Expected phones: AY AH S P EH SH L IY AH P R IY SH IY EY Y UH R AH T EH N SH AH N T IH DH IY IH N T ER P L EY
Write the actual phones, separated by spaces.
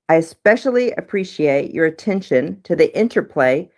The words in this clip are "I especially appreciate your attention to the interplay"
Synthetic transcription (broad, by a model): AY AH S P EH SH L IY AH P R IY SH IY EY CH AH R AH T EH N SH AH N T IH DH IY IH N T ER P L EY